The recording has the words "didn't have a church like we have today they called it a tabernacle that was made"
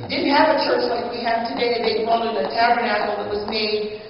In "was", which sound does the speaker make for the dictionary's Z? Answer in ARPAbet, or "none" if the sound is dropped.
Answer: Z